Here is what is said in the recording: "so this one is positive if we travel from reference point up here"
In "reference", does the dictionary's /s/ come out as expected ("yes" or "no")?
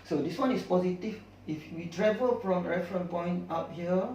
no